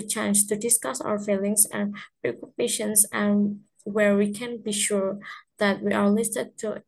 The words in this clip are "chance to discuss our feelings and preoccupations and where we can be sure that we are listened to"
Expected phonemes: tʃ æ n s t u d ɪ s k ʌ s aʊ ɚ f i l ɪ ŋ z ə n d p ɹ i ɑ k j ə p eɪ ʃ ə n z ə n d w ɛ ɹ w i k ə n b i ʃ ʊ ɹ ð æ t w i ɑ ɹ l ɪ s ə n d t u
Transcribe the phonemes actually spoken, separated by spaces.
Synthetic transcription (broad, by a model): tʃ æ n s t u d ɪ s k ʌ s aʊ ɚ f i l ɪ ŋ s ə n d p ɹ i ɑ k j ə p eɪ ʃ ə n s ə n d w ɛ ɹ w i k ə n b i ʃ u ɹ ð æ t w i ɑ ɹ l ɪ s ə d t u